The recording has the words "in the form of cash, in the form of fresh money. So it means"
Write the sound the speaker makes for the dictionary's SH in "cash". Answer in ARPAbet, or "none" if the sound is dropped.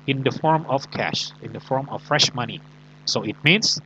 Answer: SH